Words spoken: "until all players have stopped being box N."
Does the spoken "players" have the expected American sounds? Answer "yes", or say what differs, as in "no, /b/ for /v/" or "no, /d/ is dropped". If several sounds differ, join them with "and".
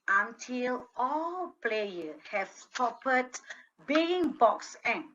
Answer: no, /z/ is dropped